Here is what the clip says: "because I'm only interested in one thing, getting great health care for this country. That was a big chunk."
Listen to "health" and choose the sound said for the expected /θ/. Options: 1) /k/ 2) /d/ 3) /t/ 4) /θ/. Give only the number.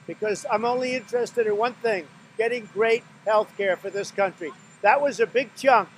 4